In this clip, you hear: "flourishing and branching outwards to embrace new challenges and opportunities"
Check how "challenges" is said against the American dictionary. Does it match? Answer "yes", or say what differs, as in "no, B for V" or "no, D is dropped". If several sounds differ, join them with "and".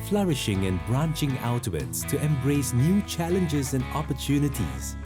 yes